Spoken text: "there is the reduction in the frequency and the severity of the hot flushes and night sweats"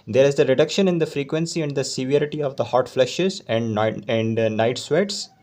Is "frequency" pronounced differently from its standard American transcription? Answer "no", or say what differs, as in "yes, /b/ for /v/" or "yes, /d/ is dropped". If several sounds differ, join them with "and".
no